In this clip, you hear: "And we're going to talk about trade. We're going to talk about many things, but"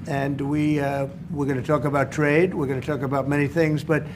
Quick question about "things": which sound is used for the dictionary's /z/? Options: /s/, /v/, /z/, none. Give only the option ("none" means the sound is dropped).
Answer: /z/